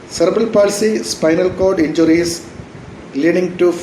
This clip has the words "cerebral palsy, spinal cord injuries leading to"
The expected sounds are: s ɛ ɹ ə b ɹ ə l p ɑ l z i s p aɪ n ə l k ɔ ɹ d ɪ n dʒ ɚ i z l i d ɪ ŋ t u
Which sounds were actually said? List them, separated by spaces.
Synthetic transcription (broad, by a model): s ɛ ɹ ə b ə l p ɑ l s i s p aɪ n ə l k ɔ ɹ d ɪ n dʒ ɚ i s l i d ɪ ŋ t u